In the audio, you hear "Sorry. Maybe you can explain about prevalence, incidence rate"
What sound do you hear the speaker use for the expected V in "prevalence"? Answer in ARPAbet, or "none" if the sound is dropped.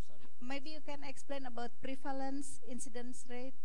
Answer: F